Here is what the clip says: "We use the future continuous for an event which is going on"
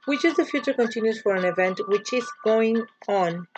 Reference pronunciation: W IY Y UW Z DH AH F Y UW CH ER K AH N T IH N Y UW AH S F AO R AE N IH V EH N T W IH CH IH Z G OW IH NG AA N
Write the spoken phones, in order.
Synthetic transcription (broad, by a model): W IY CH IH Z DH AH F Y UW CH ER K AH N T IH N Y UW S F AO R AE N IH V EH N T W IH CH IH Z G OW IH NG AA N